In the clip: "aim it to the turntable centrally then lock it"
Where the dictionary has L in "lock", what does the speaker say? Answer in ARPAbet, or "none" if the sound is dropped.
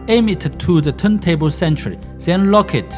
L